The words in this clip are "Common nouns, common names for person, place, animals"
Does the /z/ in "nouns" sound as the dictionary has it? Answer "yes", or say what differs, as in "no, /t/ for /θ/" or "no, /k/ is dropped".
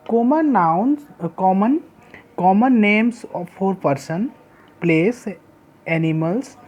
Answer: no, /z/ is dropped